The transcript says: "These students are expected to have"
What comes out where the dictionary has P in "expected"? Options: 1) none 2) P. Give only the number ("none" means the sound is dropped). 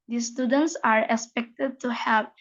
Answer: 2